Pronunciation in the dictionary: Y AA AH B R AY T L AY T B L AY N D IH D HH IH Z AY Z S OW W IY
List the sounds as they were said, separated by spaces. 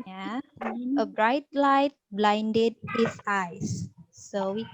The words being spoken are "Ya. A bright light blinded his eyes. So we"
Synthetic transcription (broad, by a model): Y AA AH B R AY T L AY T B L AY N D IH D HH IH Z AY S OW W IY